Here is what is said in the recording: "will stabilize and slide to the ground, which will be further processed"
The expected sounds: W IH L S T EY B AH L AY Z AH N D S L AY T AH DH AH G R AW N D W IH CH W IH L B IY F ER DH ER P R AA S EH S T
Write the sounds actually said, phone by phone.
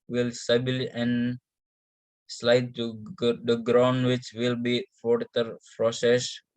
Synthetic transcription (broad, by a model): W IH L S T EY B L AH N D S L AY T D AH G R AW N D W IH CH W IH L B IY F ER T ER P R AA S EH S